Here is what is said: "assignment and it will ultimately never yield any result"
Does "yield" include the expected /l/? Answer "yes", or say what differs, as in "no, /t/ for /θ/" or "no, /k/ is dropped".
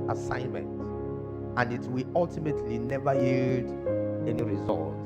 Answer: no, /l/ is dropped